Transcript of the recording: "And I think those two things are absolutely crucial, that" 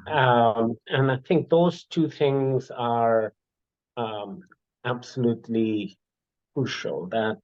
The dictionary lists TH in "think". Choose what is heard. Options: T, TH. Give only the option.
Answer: TH